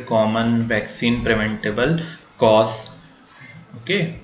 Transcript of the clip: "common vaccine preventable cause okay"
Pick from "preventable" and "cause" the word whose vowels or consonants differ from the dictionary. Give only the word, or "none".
cause